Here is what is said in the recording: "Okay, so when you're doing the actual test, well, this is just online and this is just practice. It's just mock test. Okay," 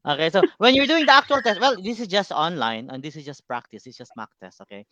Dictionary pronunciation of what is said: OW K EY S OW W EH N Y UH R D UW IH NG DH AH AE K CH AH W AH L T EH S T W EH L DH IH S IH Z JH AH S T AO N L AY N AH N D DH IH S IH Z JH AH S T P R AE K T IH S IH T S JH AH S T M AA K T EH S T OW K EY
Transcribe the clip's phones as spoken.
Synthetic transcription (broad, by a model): OW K EY S OW W EH N Y UH R D UW IH NG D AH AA K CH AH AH L T EH S T W EH L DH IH S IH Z JH AH S T AO N L AY N AH N D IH S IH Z JH AH S T P R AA K T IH S IH T S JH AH S T M AA K T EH S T OW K EY